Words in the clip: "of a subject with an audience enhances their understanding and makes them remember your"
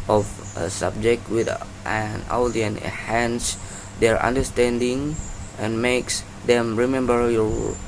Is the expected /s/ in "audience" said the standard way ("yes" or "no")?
no